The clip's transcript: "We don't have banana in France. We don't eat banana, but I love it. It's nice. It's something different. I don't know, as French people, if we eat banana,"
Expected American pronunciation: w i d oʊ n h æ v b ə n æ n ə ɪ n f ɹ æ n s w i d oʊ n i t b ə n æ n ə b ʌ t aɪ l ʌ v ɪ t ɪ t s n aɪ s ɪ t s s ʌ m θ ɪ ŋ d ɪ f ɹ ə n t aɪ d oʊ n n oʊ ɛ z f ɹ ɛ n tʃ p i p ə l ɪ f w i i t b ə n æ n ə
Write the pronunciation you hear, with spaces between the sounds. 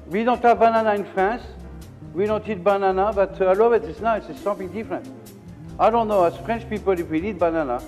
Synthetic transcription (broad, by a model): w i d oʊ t h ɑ v b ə n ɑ n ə ɪ n f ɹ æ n s w i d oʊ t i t b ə n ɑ n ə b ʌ t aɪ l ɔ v ɪ t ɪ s n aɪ ɪ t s s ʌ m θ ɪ ŋ d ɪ f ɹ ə n t aɪ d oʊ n n oʊ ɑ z f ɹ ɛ n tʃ p i p ə l ɪ f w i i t b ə n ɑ n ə